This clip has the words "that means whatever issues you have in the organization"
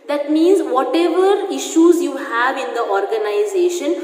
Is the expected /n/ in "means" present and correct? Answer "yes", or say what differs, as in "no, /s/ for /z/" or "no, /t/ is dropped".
yes